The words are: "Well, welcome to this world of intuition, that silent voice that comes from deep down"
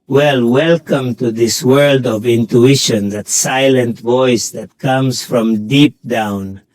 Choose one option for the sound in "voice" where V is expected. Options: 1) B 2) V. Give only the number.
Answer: 2